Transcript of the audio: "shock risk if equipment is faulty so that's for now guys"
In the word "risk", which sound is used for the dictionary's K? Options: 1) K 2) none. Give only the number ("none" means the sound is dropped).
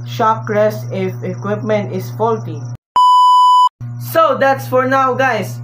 2